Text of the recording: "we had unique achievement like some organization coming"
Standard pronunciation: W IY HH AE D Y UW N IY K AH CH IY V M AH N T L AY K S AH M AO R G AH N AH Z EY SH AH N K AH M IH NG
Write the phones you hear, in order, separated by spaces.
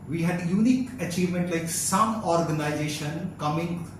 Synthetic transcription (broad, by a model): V IY HH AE D Y UW N IY K AH CH IY V M AH N T L AY K S AH M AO R G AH N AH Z EY SH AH N K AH M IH NG